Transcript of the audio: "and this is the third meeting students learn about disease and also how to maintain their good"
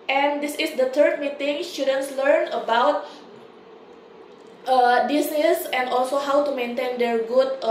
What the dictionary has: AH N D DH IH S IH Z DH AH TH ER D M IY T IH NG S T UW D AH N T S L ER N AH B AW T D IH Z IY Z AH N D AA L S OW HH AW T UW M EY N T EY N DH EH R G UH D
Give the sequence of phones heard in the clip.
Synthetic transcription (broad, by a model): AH N D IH S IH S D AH T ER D M IY T IH NG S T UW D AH N S L ER N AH B AW T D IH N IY S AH N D AA L S OW HH AW T UW M EY N T EY N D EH R G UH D